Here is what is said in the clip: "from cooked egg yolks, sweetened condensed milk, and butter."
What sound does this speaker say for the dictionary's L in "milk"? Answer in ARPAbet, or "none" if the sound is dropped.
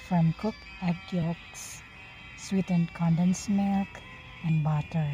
none